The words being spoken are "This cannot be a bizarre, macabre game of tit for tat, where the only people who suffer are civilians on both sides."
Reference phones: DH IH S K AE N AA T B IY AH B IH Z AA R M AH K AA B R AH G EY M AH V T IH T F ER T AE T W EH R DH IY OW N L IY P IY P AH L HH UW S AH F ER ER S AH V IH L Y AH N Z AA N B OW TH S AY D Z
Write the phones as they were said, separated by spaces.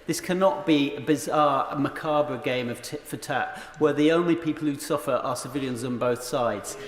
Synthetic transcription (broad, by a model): DH IH S K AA N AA T B IY AH B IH Z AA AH M AH K AA B R AH G EY M AH V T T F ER T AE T W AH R DH IY OW N L IY P IY P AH L HH UW S AH F ER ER S AH V IH L Y AH N Z N B OW TH S AY D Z